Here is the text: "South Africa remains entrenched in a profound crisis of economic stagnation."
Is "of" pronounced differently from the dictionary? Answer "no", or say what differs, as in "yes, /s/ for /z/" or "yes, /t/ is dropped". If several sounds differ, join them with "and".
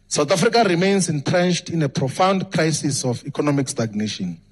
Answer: yes, /f/ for /v/